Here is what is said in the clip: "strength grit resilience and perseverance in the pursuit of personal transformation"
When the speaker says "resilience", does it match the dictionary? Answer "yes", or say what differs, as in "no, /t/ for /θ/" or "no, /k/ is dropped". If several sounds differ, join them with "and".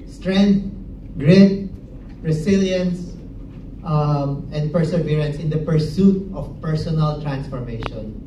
no, /s/ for /z/